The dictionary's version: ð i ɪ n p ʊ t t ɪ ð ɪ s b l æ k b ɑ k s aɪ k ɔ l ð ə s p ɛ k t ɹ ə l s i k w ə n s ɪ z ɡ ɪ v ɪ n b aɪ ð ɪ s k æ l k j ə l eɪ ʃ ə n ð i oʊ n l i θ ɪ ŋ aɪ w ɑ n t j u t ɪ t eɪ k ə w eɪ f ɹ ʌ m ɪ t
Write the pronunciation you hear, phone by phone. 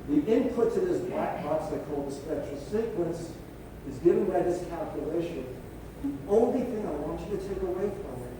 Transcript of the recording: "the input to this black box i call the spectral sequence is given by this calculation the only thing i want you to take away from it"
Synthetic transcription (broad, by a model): ð i ɪ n p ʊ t t ɪ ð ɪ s b l æ k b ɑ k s aɪ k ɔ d ð ə s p ɛ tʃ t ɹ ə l s i k w ə n s ɪ z ɡ ɪ v ɪ n b aɪ ð ɪ s k æ l k j ə l eɪ ʃ ə n ð i oʊ n l i θ ɪ ŋ aɪ w ɑ n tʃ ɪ t ɪ t eɪ k ə w eɪ f ɹ ʌ m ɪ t